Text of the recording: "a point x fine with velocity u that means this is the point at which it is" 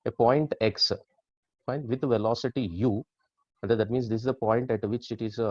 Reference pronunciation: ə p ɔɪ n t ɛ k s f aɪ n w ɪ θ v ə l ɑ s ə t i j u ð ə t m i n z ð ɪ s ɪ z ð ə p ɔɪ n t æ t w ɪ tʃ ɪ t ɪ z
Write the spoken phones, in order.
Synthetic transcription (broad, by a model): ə p ɔɪ n t ɛ k s p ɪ n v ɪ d v ə l ɑ s ə t i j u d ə t m i n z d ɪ s ɪ z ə p ɔɪ n t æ t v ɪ tʃ ɪ t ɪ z